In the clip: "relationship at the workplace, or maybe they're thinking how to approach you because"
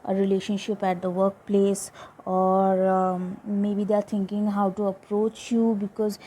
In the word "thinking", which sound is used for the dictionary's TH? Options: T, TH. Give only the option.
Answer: T